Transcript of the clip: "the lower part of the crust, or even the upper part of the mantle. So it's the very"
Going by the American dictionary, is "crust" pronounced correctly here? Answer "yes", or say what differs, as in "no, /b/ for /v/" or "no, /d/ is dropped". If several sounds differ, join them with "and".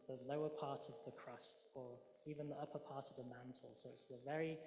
yes